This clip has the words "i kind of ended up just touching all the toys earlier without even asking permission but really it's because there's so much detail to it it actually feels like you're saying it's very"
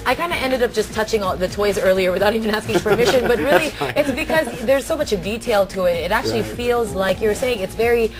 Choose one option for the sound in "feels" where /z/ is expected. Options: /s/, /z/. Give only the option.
/z/